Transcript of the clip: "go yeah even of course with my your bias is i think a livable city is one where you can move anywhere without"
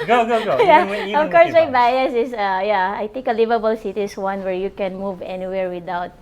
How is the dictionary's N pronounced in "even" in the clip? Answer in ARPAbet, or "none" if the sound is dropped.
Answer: none